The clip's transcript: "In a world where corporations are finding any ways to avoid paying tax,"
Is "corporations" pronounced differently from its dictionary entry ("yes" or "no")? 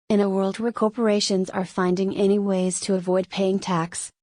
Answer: no